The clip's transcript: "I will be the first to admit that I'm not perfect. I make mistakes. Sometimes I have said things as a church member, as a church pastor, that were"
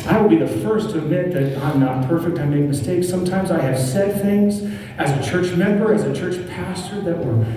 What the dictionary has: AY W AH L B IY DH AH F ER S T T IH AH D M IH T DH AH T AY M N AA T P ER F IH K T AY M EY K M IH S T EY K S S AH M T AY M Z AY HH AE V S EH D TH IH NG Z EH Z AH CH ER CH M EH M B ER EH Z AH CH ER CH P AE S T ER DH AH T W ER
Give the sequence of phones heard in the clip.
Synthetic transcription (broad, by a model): AY W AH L B IY DH AH F ER S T T IH AH D M IH T DH AH T AY M N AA T P ER F IH K T AY M EY K M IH S T EY K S S AH M T AY M Z AY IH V S EH D TH IH NG Z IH Z AH CH ER CH M EH M B ER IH Z AH CH ER CH P AE S T ER DH AH T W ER